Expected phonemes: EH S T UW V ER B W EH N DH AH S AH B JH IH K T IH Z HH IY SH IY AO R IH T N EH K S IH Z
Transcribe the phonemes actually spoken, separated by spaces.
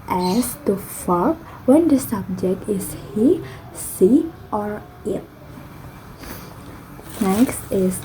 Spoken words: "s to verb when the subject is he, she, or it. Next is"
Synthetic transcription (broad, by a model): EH S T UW F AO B W EH N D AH S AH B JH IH K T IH S HH IY S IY AO R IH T N EH K S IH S